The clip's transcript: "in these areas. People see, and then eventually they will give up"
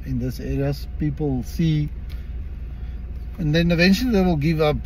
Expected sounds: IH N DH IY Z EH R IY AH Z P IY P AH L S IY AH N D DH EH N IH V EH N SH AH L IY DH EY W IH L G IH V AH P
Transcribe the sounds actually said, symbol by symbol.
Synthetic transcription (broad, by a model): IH N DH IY S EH R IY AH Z P IY P AH L S IY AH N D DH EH N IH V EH N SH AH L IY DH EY W IH L G IH V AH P